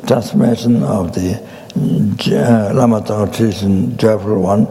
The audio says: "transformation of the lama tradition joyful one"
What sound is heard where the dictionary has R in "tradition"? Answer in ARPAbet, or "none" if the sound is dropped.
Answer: none